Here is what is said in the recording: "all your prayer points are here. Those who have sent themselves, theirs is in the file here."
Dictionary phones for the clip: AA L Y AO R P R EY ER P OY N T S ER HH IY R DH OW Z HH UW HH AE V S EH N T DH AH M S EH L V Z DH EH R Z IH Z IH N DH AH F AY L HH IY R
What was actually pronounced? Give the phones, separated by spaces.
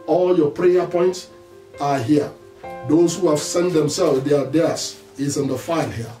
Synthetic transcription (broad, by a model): AA L Y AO P R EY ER P OY N T S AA HH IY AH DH OW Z HH UW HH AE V S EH N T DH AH M S EH L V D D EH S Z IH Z IH N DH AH F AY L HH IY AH